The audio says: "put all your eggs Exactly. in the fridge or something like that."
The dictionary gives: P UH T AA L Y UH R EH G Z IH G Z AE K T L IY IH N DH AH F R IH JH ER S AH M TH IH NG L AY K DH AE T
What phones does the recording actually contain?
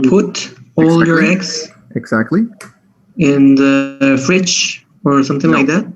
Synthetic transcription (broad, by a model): P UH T AA L Y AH R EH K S IH G Z AE K T L IY IH N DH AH F R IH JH ER S AH M TH IH NG L AY K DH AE T